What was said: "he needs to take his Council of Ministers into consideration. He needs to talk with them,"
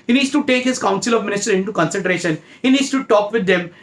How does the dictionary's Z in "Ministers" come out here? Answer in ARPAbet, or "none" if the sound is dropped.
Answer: none